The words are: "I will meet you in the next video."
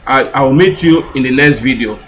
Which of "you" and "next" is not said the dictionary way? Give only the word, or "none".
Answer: next